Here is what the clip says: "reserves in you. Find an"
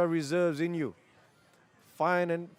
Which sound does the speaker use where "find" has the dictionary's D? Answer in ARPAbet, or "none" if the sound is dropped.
none